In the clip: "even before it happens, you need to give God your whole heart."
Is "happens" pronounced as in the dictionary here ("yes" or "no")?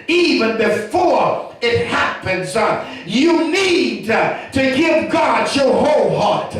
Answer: yes